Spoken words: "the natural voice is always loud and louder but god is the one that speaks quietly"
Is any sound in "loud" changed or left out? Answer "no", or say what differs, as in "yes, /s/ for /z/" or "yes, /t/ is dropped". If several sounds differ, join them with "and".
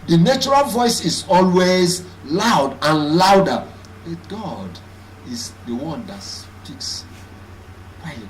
no